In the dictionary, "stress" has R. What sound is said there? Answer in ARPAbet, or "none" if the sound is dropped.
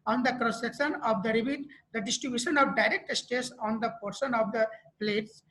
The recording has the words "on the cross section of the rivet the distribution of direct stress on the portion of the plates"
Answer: none